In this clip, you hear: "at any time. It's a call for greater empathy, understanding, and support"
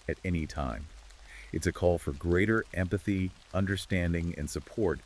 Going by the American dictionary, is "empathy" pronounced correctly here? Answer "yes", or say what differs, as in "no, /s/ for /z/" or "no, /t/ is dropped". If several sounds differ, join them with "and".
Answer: yes